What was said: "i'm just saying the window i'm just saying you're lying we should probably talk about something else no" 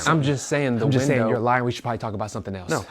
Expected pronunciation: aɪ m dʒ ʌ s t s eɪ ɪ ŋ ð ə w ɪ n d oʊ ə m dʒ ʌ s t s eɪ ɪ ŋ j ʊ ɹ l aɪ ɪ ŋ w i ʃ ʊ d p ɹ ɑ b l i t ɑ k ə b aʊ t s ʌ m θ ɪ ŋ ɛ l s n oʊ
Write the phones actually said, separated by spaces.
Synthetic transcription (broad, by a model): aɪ m dʒ ʌ s t s eɪ ɪ ŋ ð ə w ɪ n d oʊ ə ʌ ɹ l aɪ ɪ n w i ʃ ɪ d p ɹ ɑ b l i t ɑ k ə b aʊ t s ʌ m θ ɪ ŋ ɛ l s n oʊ